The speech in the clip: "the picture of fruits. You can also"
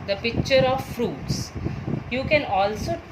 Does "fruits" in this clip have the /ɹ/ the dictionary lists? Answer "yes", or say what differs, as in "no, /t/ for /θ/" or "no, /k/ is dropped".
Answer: yes